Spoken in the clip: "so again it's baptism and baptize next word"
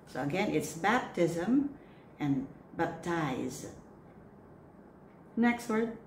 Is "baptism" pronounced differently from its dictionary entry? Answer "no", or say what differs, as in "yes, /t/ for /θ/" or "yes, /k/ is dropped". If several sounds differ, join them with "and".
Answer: no